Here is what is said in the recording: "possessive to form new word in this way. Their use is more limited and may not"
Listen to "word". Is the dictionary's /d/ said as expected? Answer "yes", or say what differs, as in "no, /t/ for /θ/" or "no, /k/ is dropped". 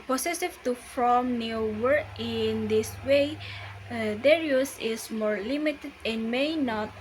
no, /d/ is dropped